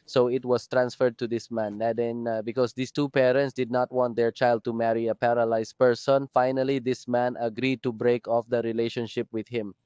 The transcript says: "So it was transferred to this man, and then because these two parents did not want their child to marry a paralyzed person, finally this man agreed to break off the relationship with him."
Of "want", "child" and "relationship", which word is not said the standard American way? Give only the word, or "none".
none